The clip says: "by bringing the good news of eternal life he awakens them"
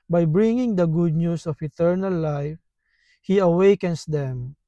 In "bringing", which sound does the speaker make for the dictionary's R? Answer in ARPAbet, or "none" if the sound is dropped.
R